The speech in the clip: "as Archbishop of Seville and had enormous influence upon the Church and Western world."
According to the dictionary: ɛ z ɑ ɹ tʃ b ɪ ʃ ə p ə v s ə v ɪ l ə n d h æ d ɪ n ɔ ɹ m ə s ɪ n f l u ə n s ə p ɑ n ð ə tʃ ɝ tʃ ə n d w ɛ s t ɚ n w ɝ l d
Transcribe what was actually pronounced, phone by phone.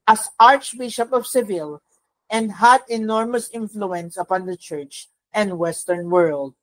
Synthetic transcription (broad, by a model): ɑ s ɑ ɹ tʃ b ɪ ʃ ə p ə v s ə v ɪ l ə n d h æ d ɪ n ɔ ɹ m ə s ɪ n f l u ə n s ə p ɑ n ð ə tʃ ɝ tʃ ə n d w ɛ s t ɚ n w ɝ l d